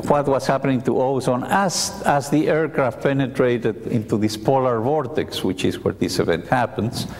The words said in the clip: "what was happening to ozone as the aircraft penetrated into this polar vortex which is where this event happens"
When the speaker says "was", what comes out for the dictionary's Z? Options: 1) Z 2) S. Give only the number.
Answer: 2